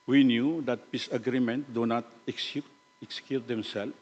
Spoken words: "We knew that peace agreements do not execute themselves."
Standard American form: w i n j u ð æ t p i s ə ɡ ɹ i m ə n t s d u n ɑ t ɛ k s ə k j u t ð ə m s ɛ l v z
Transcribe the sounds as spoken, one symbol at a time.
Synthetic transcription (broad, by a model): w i n j u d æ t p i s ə ɡ ɹ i m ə n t d u n ɑ t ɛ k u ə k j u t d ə m s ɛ l